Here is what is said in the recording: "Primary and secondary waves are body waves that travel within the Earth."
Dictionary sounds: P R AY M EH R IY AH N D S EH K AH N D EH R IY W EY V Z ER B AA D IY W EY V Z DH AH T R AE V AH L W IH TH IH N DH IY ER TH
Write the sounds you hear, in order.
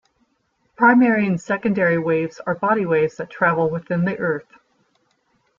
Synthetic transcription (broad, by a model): P R AY M EH R IY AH N S EH K AH N D EH R IY W EY V Z ER B AA D IY W EY V Z DH AH T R AE V L W IH TH IH N DH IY ER TH